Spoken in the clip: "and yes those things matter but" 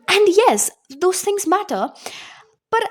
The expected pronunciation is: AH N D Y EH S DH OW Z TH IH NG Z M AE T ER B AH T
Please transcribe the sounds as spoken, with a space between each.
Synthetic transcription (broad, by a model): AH N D Y EH S DH OW Z TH IH NG Z M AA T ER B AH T